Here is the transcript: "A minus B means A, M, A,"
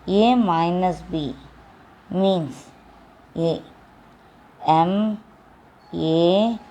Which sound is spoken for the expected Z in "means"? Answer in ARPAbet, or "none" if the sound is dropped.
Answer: S